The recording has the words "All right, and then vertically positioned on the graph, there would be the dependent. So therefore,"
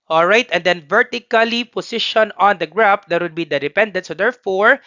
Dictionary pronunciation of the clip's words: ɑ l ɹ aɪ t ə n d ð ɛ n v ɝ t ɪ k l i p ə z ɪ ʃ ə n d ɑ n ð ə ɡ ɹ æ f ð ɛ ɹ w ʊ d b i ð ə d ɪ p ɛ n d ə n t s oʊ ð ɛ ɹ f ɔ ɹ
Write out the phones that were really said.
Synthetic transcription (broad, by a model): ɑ l ɹ aɪ t ə n d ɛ n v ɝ t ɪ k l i p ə s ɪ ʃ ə n ɑ n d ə ɡ ɹ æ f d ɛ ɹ w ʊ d b i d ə d ɪ p ɛ n d ə n t s oʊ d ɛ ɹ f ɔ ɹ